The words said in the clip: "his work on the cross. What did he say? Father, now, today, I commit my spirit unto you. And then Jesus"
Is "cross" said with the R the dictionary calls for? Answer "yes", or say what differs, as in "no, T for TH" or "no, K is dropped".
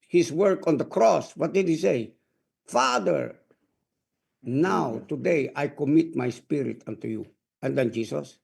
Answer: yes